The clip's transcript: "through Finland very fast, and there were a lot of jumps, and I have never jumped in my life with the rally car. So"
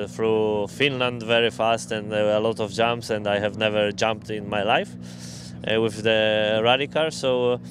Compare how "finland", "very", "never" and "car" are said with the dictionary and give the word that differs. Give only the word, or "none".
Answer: car